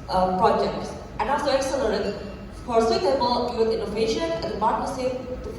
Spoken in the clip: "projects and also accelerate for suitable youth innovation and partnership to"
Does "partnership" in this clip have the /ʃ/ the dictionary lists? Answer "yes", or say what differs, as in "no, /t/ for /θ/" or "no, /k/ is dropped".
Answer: no, /s/ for /ʃ/